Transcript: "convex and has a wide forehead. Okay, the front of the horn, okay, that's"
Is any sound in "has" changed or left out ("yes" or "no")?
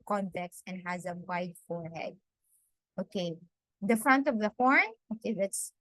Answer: no